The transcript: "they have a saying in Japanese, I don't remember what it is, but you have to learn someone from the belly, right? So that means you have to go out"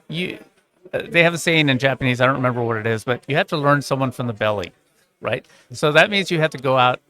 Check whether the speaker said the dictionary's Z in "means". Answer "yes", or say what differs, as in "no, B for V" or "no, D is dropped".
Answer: yes